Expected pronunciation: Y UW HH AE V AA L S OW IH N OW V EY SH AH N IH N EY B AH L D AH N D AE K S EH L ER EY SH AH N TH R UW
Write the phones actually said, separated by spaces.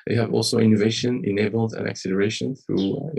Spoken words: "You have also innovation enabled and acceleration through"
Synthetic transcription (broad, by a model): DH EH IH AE V AA L S OW IH N OW V EY SH AH N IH N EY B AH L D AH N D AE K S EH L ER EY SH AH N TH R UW